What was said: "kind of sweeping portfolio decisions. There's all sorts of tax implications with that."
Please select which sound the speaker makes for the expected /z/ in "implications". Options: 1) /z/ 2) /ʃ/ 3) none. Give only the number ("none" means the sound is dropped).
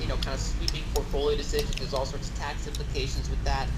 1